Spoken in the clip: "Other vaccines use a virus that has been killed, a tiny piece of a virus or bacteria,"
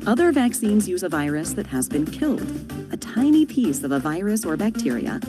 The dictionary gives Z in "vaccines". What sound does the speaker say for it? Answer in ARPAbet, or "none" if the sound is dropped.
Z